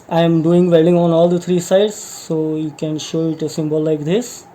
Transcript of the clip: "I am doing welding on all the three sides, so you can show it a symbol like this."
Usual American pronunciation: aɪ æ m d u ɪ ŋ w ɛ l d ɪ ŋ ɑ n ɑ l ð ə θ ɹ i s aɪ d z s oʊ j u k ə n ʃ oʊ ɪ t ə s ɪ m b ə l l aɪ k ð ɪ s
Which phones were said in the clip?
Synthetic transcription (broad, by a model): aɪ m d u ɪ ŋ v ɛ d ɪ ŋ ɑ n ɑ l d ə t ɹ i s aɪ d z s oʊ j u k ə n ʃ oʊ ɪ t ə s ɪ m b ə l l aɪ k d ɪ s